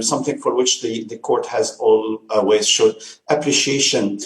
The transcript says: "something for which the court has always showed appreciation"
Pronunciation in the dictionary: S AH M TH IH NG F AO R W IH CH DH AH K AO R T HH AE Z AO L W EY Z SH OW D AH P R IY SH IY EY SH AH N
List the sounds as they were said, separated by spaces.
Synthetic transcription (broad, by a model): S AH M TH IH NG F AO R W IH CH DH AH K AO R T HH AE Z AO L W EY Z SH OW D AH P R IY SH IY EY SH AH N